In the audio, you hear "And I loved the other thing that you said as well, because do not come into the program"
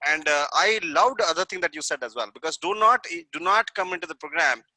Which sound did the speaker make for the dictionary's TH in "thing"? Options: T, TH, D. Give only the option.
T